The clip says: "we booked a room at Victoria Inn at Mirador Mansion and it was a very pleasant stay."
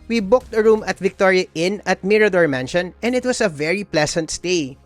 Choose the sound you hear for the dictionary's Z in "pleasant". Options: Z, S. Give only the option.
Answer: S